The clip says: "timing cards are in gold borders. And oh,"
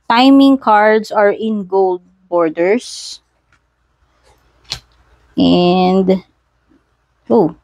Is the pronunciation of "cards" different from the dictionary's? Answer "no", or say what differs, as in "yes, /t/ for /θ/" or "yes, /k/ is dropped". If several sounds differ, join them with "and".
yes, /s/ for /z/